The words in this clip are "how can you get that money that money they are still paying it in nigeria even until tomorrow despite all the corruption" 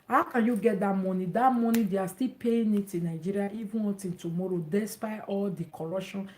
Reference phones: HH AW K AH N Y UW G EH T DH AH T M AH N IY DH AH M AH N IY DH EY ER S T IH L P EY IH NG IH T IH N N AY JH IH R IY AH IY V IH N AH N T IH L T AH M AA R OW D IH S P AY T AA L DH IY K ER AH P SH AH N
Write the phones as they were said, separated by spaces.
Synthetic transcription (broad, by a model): HH AW K AH N Y UW G EH T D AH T M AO N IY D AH M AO N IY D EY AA S T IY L P EY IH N IH T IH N N AY JH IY R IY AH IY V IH AH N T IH N T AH M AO R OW D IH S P AY T AA L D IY K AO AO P SH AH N